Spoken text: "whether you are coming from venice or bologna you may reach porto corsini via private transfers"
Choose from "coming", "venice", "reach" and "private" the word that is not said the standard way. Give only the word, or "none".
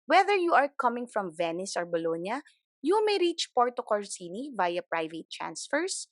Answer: none